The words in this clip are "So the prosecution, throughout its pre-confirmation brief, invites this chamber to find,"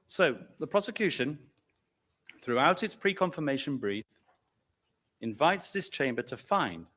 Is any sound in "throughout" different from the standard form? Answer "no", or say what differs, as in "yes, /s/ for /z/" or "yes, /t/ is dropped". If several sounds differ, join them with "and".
no